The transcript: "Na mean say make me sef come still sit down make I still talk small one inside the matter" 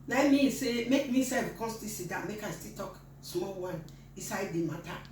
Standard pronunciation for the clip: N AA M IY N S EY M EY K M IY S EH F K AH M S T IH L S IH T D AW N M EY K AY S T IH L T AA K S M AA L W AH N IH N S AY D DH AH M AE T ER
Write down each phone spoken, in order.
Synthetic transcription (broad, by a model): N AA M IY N S EY M EY K M IY S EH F K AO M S T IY S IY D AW M EY K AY S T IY T AA K S M AA L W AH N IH S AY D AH M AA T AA